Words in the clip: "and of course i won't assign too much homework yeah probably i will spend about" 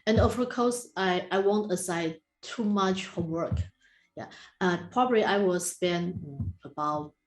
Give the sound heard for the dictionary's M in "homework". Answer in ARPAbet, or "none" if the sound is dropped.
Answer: none